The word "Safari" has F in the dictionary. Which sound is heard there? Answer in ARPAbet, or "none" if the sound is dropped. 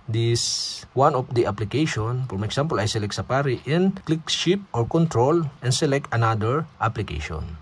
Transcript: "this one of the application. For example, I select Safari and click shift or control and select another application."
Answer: P